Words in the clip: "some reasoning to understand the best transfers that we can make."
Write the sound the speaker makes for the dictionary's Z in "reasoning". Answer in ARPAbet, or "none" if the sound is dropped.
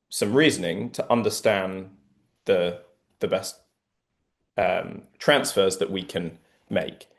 Z